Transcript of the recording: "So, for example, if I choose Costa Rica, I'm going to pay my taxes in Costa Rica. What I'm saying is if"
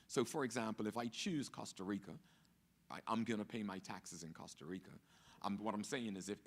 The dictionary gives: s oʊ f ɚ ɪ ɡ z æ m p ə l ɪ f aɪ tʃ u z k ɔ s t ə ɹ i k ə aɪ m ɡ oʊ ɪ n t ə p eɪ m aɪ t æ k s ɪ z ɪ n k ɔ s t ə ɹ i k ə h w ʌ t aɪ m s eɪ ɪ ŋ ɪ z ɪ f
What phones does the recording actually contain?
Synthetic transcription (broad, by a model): s oʊ f ɚ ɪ ɡ z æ m p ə l ɪ f aɪ tʃ u z k ɔ s t ə ɹ i k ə aɪ m ɡ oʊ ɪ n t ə p eɪ m aɪ t æ k s ɪ z ɪ n k ɔ s t ə ɹ i k ə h w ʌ t aɪ m s eɪ ɪ ŋ ɪ z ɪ f